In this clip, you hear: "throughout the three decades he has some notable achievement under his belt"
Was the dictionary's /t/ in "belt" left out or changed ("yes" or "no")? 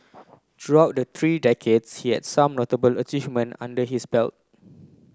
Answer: no